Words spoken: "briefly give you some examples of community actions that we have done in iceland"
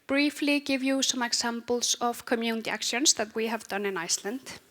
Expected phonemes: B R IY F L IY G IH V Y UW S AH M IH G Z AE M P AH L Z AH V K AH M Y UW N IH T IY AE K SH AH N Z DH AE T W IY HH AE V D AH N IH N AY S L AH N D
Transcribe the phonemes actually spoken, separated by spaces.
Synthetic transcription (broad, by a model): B R IY F L IY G IH V Y UW S AH M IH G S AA M P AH L S AH V K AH M Y UW N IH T IY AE K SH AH N S DH AE T W IY HH AE V D AH N IH N AY S L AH N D